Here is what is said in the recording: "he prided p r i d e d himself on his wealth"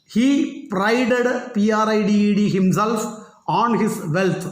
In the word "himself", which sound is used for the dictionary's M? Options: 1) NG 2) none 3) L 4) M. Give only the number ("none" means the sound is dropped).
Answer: 4